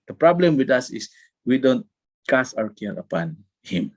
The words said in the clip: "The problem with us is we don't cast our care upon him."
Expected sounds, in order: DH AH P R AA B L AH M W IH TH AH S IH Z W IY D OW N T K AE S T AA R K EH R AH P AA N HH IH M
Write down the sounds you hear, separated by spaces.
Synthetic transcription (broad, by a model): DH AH P R AA B L AH M W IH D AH S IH S W IY D OW N T K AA S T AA W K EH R AH P AA N HH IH M